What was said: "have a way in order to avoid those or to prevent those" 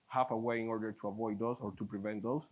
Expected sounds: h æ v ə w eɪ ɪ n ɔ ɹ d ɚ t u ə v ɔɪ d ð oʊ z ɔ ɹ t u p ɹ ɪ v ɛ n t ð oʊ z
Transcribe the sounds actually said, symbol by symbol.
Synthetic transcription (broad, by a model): h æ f ə w eɪ ɪ n ɔ ɹ d ɚ t u ə v ɔɪ d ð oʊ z ɔ ɹ t u p ɹ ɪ v ɛ n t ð oʊ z